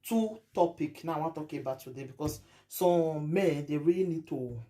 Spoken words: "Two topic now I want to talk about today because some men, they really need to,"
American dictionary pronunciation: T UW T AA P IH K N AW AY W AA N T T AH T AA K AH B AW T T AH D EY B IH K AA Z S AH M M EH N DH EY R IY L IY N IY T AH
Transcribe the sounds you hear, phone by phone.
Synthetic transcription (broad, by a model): T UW T AA P IH K N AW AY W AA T T AH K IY AH B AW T T AH D EY B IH K AA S S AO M M EH N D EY R IY L IY N IY T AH